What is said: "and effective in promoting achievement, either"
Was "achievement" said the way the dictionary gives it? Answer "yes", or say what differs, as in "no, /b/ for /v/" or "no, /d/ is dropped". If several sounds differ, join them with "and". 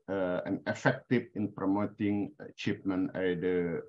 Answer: no, /p/ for /v/